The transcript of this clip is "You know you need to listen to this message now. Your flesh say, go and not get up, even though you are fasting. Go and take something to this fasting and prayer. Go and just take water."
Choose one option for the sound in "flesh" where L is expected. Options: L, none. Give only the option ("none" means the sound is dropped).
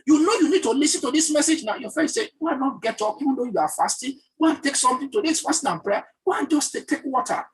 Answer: none